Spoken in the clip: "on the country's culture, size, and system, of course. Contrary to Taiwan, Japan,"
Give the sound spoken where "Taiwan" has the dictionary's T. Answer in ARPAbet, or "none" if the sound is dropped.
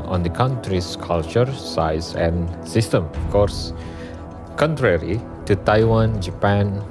T